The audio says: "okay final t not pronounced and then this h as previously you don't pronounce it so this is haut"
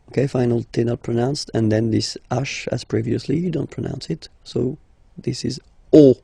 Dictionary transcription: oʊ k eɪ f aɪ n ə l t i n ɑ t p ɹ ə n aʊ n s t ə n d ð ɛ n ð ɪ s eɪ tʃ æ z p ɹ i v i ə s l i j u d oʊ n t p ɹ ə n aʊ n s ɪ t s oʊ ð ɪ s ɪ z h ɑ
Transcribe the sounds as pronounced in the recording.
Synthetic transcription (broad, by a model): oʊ k eɪ f aɪ n ə l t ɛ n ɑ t p ɹ ə n aʊ n s t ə n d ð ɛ n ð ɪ s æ ʃ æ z p ɹ i v i ə s l i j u d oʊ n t p ɹ ə n aʊ n s ɪ t s oʊ ð ɪ s ɪ z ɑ